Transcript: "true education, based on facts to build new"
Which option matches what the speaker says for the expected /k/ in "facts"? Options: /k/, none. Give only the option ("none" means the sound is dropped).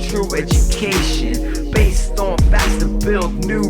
none